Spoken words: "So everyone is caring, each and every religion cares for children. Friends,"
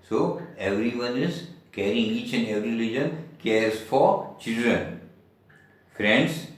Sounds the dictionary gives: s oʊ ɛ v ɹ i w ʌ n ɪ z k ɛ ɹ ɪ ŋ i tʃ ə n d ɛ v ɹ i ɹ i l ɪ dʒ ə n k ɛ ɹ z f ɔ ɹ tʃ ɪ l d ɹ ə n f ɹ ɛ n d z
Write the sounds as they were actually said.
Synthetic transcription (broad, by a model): s oʊ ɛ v ɹ i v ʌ n ɪ z k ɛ ɹ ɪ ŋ i tʃ ə n d ɛ v ɹ i l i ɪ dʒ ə n k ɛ ɹ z f ɔ ɹ tʃ ɪ l d ɹ ə n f ɹ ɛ n d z